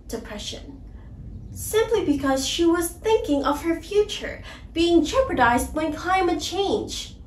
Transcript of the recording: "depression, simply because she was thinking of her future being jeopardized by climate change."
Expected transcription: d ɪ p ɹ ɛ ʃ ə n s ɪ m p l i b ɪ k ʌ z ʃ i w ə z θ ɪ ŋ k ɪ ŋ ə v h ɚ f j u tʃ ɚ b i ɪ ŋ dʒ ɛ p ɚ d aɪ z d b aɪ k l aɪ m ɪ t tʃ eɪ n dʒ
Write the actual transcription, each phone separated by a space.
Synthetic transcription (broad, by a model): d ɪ p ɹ ɛ ʃ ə n s ɪ m p l i b ɪ k ʌ z ʃ i w ə z θ ɪ ŋ k ɪ ŋ ə v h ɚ f j u tʃ ɚ b i ɪ ŋ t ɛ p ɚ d aɪ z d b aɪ k l aɪ m ɪ t tʃ eɪ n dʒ